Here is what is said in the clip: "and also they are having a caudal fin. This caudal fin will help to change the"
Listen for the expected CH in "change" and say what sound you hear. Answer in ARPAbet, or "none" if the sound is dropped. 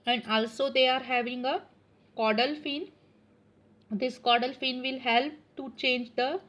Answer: CH